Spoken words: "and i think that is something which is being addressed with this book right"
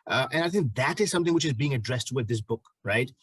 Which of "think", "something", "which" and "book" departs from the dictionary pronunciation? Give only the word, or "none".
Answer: none